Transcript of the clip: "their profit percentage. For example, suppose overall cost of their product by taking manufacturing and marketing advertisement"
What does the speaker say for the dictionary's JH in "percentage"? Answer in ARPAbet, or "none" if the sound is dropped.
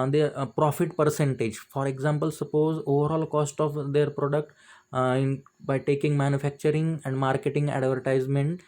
JH